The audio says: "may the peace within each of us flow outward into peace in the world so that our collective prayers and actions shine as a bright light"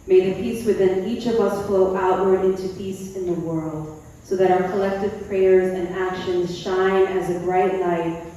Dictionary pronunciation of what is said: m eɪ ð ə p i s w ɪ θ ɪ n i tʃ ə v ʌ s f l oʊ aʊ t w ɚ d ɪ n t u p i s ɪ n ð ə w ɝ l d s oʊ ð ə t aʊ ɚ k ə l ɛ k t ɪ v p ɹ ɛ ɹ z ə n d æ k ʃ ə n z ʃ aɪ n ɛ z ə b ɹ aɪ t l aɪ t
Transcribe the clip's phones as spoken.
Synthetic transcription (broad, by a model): m eɪ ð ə p i s w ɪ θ ɪ n i tʃ ə v ʌ s f l oʊ aʊ t w ɚ d ɪ n t u p i s ɪ n ð ə w ɝ l d s oʊ ð ə t aʊ ɚ k ə l ɛ k t ɪ v p ɹ ɛ ɹ z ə n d æ k ʃ ə n z ʃ aɪ n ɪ z ə b ɹ aɪ t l aɪ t